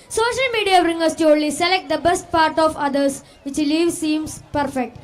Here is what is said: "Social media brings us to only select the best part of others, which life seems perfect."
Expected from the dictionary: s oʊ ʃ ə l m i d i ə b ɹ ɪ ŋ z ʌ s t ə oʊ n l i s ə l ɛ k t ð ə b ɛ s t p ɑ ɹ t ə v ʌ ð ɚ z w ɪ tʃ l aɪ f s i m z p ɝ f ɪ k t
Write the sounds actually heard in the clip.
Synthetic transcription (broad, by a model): s oʊ ʃ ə l m i d i ə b ɹ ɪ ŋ ʌ s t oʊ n l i s ə l ɛ k t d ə b ɛ s t p ɑ ɹ t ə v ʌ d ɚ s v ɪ tʃ l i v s i m s p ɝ f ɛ k t